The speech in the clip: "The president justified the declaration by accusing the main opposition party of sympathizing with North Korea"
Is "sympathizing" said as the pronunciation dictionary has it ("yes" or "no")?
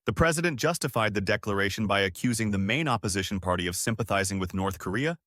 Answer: yes